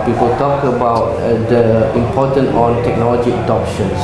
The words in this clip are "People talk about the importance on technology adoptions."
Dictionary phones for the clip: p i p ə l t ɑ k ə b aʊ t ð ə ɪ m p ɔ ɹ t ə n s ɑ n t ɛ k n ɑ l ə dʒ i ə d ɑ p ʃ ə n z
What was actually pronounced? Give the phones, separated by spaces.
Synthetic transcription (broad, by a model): p i p ə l t ɑ k ə b aʊ t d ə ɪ m p ɔ t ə n ɑ n t ɛ k n ɑ l ə dʒ i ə d ɑ p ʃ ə n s